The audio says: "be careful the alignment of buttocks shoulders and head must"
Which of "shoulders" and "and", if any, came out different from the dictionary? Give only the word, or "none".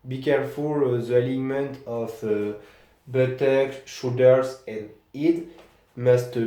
shoulders